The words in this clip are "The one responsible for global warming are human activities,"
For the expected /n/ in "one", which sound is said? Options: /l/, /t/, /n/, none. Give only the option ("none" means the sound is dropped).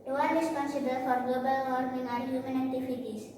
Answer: /l/